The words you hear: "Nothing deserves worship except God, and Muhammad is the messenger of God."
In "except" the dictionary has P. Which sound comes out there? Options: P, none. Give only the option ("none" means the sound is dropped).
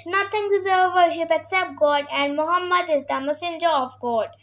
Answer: P